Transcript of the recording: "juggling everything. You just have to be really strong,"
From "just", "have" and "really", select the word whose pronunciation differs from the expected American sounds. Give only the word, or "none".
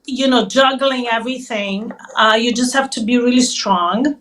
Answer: have